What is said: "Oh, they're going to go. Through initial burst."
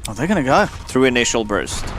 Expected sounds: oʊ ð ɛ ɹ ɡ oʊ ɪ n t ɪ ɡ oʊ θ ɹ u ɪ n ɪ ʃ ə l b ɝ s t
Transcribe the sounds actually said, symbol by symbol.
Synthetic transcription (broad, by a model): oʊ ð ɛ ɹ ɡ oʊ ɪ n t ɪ ɡ oʊ θ ɹ u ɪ n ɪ ʃ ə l b ɝ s t